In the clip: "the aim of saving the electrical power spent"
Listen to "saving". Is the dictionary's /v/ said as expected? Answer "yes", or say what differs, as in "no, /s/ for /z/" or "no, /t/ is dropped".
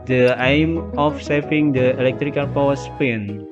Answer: no, /f/ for /v/